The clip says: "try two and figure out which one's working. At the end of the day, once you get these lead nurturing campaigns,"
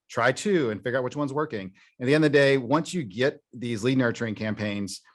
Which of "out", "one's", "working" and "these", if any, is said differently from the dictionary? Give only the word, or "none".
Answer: none